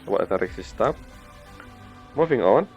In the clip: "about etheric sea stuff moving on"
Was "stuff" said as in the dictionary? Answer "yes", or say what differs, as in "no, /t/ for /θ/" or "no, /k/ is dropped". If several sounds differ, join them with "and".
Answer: no, /p/ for /f/